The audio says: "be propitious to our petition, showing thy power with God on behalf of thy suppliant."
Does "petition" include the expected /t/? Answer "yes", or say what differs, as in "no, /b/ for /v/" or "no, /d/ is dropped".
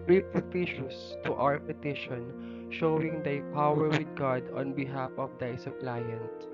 yes